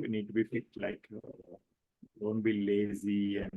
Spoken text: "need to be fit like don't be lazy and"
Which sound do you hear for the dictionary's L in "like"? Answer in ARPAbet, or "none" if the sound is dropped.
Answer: L